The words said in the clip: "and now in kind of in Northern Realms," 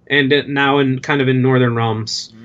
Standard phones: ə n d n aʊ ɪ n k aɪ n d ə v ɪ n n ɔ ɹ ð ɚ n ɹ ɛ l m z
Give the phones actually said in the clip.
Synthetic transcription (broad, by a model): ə n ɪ n aʊ ɪ n k aɪ n d ə v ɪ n n ɔ ɹ ð ɚ n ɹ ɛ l m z